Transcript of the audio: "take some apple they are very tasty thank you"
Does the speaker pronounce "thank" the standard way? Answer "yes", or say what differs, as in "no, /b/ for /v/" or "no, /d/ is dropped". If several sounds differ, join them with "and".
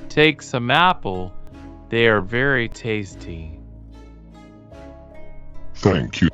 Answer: yes